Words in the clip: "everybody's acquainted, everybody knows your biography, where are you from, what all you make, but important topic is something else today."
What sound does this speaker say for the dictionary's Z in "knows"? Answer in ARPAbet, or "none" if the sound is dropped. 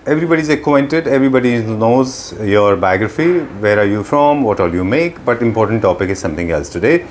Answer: Z